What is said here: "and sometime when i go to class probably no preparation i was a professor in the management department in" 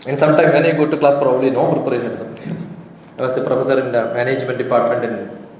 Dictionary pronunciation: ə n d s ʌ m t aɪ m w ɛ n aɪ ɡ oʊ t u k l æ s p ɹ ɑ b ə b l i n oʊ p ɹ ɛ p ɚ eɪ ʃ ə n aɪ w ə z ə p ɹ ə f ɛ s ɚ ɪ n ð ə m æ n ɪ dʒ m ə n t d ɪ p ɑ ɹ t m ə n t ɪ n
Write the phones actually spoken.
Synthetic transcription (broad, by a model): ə n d s ʌ m t aɪ m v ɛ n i ɡ oʊ t u k l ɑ s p ɹ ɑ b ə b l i n oʊ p ɹ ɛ p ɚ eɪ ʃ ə n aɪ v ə s ə p ɹ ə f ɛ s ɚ ɪ n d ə m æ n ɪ dʒ m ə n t d ɪ p ɑ ɹ t m ə n t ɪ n